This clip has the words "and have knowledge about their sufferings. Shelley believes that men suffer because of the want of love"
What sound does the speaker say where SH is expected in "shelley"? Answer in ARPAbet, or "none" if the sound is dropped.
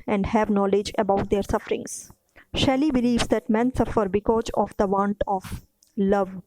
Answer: SH